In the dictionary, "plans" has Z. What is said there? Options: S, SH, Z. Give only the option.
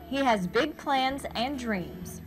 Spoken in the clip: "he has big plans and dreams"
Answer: Z